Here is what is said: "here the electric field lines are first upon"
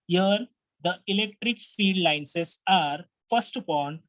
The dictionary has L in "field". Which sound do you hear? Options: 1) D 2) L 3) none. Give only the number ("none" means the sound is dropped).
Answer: 3